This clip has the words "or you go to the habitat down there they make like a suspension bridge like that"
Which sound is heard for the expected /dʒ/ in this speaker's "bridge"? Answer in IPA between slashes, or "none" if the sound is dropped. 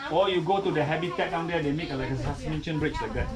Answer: /tʃ/